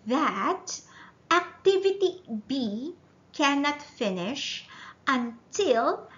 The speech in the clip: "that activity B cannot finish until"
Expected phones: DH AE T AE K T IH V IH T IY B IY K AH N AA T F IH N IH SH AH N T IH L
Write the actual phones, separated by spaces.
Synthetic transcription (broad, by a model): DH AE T AE K T IH V IH T IY B IY K AH N AA T F IH N IH SH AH N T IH L